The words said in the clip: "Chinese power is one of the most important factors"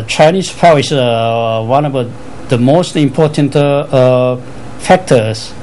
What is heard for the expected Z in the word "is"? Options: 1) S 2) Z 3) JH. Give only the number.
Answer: 1